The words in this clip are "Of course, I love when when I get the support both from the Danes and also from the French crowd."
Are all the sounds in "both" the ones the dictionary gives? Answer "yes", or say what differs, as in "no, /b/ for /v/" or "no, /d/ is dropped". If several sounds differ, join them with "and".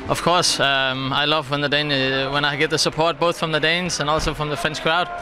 yes